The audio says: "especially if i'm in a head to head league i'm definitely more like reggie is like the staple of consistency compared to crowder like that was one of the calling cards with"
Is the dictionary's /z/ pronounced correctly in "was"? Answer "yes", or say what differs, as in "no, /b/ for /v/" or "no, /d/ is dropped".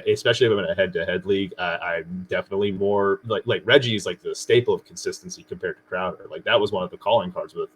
yes